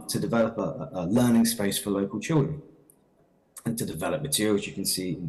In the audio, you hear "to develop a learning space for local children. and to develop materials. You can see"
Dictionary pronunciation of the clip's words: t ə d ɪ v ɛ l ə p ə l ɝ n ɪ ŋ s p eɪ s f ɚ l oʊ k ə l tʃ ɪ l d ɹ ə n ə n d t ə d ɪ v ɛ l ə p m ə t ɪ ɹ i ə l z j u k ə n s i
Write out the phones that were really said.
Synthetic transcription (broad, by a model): t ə d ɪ v ɛ l ə p ə l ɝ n ɪ ŋ s p eɪ s f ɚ l oʊ k ə l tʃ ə ə n t ə d ɪ v ɛ l ə p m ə t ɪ ɹ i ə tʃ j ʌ k ə n s i